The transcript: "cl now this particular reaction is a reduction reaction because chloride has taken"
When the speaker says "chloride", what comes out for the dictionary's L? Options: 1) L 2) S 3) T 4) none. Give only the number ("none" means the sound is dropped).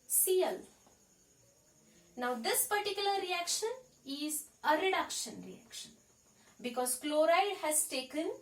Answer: 1